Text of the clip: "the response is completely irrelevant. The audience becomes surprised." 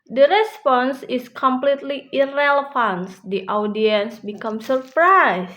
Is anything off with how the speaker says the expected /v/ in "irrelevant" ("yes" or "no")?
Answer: yes